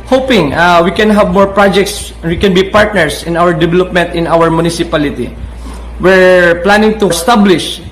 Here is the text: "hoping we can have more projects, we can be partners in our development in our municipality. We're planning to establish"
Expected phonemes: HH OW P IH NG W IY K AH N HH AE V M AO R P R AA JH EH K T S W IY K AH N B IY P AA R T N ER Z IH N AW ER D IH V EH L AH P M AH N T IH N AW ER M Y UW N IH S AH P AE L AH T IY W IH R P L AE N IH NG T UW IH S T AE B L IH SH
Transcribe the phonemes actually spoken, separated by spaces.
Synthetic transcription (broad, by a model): HH OW P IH NG W IY K AH N HH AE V M AO R P R AA JH EH K T S W IY K AH N B IY P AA R T N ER S IH N AW ER D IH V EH L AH P M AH N T IH N AW ER M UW N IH S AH P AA L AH T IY W IH R P L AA N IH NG T UW S T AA B L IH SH